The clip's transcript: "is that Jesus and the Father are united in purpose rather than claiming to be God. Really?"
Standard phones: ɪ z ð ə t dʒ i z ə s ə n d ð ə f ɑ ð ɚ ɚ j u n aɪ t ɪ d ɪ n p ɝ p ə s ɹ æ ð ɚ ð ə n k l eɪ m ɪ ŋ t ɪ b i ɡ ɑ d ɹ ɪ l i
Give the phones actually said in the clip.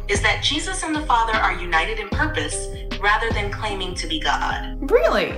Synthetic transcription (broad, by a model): ɪ z ð ə t dʒ i z ə s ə n ð ə f ɑ ð ɚ ɚ j u n aɪ t ɪ d ɪ n p ɝ p ə s ɹ æ ð ɚ ð ə n k l eɪ m ɪ ŋ t ɪ b i ɡ ɑ d ɹ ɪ l i